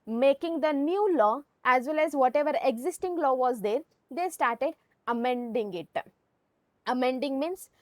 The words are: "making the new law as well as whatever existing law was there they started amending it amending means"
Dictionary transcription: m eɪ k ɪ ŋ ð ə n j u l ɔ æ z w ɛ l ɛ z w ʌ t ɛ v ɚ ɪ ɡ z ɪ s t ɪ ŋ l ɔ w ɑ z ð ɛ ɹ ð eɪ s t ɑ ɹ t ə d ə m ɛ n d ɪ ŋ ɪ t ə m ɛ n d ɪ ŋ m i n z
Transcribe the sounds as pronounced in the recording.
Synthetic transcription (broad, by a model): m eɪ k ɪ ŋ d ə n j u l ɔ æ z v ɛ l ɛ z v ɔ t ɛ v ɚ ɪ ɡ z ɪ s t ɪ ŋ l ɔ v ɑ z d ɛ ɹ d eɪ s t ɑ ɹ t ə d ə m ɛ n d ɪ ŋ ɪ t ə m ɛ n d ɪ ŋ m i n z